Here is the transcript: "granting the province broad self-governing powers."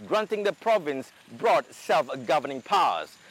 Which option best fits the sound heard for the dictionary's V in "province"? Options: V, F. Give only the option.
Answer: V